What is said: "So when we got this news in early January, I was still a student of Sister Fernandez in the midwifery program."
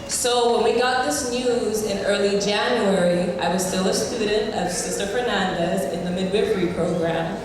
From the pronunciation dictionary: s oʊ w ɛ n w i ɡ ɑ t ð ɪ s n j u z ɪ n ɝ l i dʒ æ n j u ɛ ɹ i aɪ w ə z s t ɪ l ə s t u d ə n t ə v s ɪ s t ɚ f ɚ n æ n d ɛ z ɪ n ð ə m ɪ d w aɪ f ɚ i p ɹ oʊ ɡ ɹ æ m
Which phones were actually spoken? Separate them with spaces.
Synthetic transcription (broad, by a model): s oʊ w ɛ n w i ɡ ɑ t ð ɪ s n j u z ɪ n ɝ l i dʒ æ n j u ɛ ɹ i aɪ w ə z s t ɪ l ə s t u d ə n t ə v s ɪ s t ɚ f ɚ n æ n d ɛ z ɪ n ð ə m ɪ d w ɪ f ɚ i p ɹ oʊ ɡ ɹ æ m